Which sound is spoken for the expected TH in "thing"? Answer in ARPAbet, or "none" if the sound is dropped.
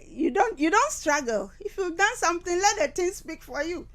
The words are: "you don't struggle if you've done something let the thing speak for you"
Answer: T